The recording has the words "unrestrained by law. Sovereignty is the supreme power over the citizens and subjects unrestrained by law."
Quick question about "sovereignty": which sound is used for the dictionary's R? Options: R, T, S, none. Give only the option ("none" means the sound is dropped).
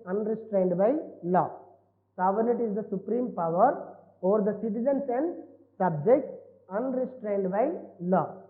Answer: none